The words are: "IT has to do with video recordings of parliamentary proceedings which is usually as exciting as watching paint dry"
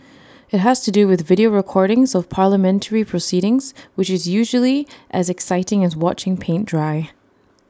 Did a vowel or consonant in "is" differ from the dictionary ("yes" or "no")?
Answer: no